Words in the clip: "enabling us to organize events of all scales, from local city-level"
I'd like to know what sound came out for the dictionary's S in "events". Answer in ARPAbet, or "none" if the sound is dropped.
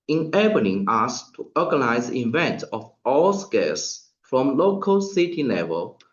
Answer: none